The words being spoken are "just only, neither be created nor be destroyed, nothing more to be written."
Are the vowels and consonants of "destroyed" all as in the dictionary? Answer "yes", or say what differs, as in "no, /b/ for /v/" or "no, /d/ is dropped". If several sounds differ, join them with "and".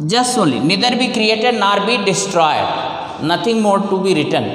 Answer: yes